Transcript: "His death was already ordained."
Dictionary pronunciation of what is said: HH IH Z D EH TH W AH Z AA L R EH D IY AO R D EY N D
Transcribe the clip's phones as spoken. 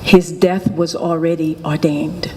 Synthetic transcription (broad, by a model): HH IH Z D EH TH W AH Z L R EH D IY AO R D EY N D